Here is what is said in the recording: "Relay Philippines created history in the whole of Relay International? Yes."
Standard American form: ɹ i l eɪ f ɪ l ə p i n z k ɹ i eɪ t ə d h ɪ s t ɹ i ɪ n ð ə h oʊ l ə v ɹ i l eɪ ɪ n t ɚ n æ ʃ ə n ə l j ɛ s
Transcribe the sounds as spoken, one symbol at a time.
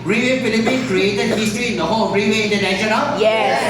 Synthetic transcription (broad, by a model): ɹ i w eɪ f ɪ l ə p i n k ɹ i eɪ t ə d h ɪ s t ɹ i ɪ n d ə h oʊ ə ɹ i w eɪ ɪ n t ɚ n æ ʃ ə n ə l j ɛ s